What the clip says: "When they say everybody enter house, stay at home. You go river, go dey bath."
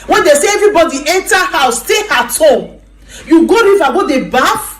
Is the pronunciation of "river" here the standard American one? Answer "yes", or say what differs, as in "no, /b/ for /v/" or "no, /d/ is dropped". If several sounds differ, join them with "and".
no, /f/ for /v/